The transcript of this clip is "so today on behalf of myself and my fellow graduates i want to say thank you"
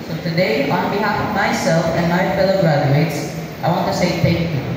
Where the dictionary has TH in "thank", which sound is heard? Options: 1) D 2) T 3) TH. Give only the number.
2